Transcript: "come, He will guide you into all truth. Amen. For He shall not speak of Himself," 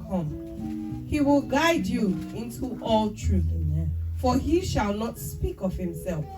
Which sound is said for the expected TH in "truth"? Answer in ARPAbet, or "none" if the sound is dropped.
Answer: F